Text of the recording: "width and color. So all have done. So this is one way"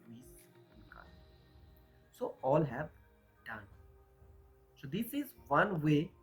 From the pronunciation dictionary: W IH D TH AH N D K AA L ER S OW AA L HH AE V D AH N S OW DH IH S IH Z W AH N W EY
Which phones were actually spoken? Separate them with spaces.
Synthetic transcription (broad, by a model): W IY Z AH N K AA IH S OW AA L HH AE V D AH N S OW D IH S IH Z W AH N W EY